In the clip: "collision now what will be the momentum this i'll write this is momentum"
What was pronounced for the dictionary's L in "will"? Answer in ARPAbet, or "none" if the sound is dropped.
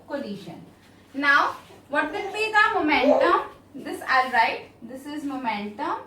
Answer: N